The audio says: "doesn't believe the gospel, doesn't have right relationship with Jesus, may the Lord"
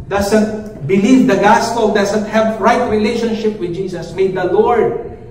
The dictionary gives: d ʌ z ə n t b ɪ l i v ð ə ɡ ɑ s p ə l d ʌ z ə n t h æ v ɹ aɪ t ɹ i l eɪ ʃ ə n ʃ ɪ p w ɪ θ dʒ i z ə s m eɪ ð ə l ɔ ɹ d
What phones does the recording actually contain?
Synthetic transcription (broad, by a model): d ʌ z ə n t b ɪ l i v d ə ɡ ɑ s p ə l d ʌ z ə n t h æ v ɹ aɪ t ɹ i l eɪ ʃ ə n ʃ ɪ p w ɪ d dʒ i s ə s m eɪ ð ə l ɔ ɹ d